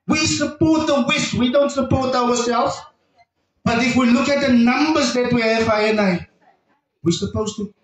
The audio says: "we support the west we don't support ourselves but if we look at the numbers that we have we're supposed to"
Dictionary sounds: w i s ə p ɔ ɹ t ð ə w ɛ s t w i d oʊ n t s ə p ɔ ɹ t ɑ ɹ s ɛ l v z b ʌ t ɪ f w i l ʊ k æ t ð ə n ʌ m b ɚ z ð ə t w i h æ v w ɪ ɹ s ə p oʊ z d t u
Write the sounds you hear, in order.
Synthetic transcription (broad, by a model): w i s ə p ɔ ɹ t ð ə w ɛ s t w i d oʊ n t s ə p ɔ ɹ t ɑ w s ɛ l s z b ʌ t ɪ f w i l ʊ k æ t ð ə n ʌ m b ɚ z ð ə t w i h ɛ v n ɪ w s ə p oʊ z t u